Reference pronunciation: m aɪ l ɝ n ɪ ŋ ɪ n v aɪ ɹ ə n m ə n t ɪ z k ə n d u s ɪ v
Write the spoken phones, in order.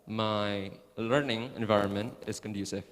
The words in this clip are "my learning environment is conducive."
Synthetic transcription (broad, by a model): m aɪ l ɝ n ɪ ŋ ɪ n v aɪ ɹ ə n m ə n t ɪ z k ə n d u s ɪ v